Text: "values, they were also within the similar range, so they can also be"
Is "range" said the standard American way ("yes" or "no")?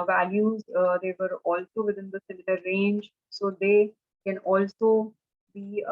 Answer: yes